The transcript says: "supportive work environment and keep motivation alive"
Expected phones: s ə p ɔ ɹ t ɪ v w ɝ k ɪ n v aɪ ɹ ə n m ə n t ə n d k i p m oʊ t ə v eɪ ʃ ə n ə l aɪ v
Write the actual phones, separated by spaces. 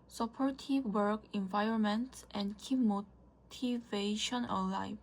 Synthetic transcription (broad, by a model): s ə p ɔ ɹ t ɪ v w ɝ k ɪ n v aɪ ɹ ə n m ə n t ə n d k i p m oʊ t ə v eɪ ʃ ə n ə l aɪ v